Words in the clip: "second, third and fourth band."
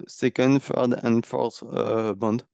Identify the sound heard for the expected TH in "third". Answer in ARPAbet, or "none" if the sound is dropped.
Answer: F